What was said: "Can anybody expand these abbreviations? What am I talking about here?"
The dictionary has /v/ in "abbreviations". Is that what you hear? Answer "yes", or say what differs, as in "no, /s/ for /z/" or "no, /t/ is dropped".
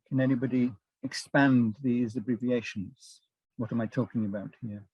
yes